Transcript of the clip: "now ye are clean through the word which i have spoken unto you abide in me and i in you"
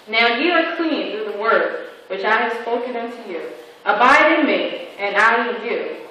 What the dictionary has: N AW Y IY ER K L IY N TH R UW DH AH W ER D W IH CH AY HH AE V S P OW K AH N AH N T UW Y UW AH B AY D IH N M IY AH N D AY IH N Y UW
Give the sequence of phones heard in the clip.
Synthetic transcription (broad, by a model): N AW Y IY ER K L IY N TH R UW DH AH W ER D W IH CH AY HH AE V S P OW K AH N AH N T UW Y UW AH B AY D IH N M IY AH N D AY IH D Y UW